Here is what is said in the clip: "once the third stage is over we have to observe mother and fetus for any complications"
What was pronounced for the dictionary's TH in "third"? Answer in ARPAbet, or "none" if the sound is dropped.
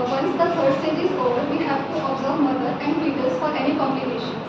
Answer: F